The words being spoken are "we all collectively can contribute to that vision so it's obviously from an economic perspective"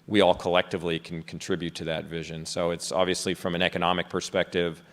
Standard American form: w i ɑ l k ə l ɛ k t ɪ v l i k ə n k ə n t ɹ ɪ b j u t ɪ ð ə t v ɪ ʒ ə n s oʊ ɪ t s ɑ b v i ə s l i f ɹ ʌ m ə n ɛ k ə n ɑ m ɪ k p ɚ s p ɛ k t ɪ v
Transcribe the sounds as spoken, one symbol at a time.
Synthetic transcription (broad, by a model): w i ɑ l k ə l ɛ k t ɪ v l i k n k n t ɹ ɪ b j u t ɪ ð ə t v ɪ ʒ ə n s oʊ ɪ t s ɑ b v i ə s l i f ɹ ʌ m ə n ɛ k ə n ɑ m ɪ k p ɚ s p ɛ k t ɪ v